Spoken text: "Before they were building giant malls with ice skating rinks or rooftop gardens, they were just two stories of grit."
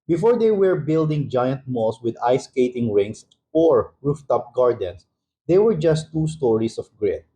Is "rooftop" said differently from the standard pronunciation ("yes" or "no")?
no